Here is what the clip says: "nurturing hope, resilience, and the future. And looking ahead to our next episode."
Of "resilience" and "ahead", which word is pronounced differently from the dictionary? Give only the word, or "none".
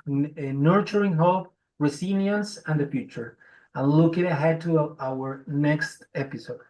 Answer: resilience